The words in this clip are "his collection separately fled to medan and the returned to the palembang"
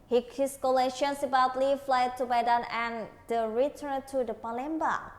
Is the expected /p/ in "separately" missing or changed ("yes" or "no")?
yes